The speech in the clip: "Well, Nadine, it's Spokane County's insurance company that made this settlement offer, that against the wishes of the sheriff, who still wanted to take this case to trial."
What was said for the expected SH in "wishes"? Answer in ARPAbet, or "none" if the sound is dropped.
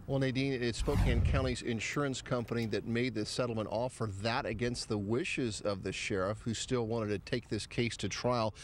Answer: SH